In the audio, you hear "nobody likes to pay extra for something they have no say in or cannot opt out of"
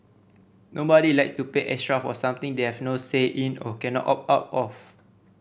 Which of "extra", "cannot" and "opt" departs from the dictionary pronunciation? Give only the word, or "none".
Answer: opt